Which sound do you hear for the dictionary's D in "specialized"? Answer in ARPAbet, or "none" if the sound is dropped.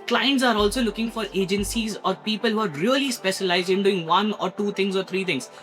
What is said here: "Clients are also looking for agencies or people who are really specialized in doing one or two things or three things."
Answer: D